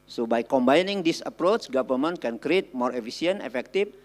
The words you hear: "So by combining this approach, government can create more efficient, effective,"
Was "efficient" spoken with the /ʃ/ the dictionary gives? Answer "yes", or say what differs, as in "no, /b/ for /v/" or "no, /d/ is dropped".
no, /s/ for /ʃ/